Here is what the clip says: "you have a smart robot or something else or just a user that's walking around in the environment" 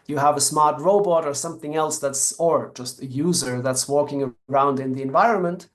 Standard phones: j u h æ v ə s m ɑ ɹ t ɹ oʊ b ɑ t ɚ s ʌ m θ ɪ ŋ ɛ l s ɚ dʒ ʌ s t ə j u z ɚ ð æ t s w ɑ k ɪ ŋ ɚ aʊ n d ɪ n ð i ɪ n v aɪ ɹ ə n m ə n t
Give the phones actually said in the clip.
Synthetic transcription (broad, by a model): j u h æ v ə s m ɑ ɹ t ɹ oʊ b ɑ t ɚ s ʌ m θ ɪ ŋ ɛ l s ɚ dʒ ʌ s t ə j u z ɚ ð æ t s w ɑ k ɪ ŋ ɚ aʊ n d ɪ n ð i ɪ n v aɪ ɹ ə n m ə n t